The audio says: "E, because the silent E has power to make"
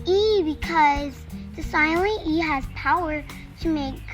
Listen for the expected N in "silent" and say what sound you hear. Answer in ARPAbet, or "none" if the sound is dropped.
none